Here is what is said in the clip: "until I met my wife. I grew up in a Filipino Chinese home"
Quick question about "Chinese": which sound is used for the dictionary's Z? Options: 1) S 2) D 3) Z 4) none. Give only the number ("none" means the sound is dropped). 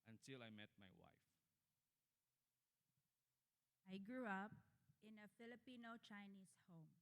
1